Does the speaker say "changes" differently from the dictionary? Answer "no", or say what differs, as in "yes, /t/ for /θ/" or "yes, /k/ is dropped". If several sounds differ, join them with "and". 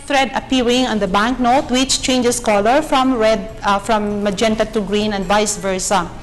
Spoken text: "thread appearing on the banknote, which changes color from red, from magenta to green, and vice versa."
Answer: yes, /s/ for /z/